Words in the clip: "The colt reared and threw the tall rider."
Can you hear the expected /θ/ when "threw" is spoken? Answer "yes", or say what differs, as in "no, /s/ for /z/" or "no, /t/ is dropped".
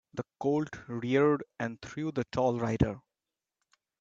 no, /t/ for /θ/